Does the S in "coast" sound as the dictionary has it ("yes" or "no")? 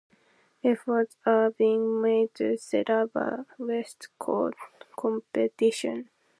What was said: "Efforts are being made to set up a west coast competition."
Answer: no